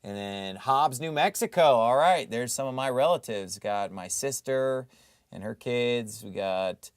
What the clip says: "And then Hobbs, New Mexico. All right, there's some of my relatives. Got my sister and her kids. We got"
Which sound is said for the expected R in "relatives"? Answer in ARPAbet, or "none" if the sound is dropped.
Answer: R